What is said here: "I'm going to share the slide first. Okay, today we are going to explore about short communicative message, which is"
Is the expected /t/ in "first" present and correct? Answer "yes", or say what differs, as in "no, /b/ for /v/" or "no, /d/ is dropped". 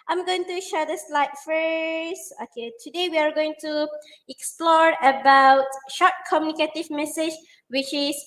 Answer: no, /t/ is dropped